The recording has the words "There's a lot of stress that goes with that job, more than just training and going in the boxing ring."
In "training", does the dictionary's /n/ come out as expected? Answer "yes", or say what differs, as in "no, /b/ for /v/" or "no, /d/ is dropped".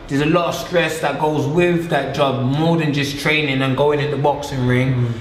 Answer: yes